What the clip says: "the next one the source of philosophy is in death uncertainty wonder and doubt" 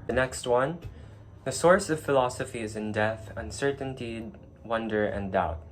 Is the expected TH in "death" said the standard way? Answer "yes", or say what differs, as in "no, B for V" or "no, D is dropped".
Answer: yes